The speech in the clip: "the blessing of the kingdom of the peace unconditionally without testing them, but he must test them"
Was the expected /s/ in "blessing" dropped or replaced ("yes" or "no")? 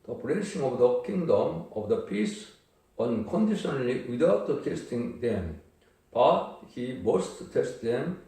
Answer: yes